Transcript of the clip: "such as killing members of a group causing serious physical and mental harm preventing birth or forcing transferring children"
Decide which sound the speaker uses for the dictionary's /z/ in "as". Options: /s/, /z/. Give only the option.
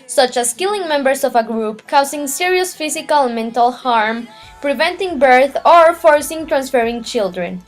/s/